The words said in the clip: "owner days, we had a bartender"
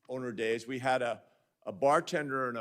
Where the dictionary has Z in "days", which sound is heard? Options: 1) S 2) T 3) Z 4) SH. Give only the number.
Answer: 3